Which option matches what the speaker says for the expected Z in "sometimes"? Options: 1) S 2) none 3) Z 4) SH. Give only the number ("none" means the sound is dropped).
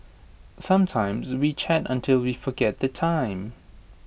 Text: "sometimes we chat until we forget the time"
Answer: 3